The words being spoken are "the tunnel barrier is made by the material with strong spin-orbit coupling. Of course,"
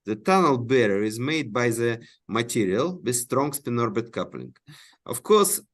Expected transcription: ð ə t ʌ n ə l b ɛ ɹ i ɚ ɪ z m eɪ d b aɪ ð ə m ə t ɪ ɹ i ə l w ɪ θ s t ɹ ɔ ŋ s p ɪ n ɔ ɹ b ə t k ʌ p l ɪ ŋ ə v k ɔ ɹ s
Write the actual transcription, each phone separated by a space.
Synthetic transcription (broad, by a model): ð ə t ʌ n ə l b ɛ ɹ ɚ ɪ z m eɪ d b aɪ ð ə m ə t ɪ ɹ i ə l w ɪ s t ɹ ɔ ŋ s p ɪ n ɔ ɹ b ə t k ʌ p l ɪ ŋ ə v k ɔ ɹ s